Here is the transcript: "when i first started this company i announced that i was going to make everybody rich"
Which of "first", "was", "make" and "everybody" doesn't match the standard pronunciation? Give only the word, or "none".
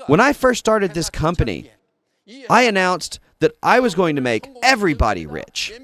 none